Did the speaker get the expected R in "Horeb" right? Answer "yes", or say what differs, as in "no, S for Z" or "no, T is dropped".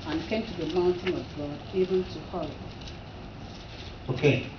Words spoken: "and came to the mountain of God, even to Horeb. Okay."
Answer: no, L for R